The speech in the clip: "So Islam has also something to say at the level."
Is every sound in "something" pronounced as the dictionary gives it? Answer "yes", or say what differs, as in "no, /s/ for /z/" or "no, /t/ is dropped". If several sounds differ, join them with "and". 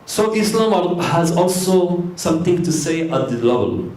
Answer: no, /t/ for /θ/